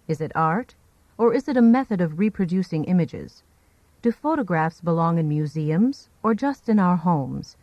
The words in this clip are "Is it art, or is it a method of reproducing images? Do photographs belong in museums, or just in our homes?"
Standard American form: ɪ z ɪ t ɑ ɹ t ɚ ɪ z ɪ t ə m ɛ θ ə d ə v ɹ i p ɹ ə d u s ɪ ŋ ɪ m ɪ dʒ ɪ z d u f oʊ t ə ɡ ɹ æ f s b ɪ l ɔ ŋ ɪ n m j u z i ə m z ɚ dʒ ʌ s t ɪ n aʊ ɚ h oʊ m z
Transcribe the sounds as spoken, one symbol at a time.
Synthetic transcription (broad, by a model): ɪ z ɪ t ɑ ɹ t ɚ ɪ z ɪ t ə m ɛ θ ə d ə v ɹ i p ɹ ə d u s ɪ ŋ ɪ m ɪ dʒ ɪ z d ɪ f oʊ t ə ɡ ɹ æ f s b ɪ l ɔ ŋ ɪ n m j u z i ə m z ɚ dʒ ʌ s t ɪ n aʊ ɚ h oʊ m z